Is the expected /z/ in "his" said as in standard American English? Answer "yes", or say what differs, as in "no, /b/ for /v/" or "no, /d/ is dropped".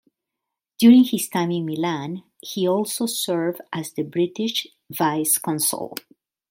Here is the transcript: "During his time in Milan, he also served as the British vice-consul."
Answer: no, /s/ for /z/